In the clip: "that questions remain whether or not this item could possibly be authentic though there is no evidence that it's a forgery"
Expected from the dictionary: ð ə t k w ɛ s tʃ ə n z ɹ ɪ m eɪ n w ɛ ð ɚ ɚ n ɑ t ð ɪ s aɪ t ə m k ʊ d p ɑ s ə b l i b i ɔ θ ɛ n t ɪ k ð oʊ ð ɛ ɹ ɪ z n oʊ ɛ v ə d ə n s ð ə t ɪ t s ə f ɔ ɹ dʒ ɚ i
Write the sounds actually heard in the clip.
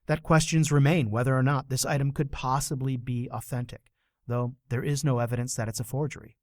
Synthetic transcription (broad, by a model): ð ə t k w ɛ s tʃ ə n z ɹ ɪ m eɪ n w ɛ ð ɚ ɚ n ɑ t ð ɪ s aɪ t ə m k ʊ d p ɑ s ə b l i b i ɔ θ ɛ n t ɪ k ð oʊ ð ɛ ɹ ɪ z n oʊ ɛ v ə d ə n s ð ə t ɪ t s ə f ɔ ɹ dʒ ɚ i